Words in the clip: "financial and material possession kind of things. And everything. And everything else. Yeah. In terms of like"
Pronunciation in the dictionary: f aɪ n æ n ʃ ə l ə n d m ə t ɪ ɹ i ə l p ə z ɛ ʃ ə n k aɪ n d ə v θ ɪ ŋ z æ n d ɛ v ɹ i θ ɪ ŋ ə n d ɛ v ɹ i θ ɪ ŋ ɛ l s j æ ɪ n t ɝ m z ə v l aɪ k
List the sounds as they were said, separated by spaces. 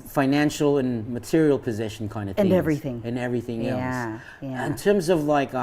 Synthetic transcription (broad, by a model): f aɪ n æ n ʃ l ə n m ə t ɪ ɹ i l p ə z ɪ ʃ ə n k aɪ n d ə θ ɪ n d ɛ v ɹ i θ ɪ ŋ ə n ɛ v ɹ i θ ɪ ŋ ɛ l s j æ ɪ n t ɝ m z ə v l aɪ k